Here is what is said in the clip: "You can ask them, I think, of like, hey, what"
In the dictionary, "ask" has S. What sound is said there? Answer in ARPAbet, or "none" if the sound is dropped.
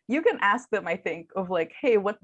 S